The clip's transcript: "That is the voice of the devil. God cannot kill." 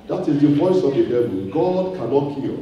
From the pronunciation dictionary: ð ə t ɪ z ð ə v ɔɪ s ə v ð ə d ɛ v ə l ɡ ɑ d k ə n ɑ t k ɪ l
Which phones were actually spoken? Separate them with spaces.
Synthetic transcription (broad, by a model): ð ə t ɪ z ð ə v ɔɪ s ə v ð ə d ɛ b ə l ɡ ɑ d k ə n ɑ t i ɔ